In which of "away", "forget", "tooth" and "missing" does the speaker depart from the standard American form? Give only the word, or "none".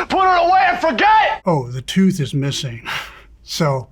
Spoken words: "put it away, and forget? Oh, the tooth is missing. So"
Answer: none